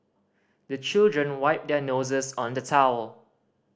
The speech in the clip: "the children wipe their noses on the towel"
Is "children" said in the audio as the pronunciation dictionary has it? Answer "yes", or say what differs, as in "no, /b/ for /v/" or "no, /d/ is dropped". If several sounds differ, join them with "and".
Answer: yes